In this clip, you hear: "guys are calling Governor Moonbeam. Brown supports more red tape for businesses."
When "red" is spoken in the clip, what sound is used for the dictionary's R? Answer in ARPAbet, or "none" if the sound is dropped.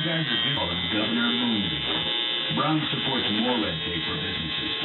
L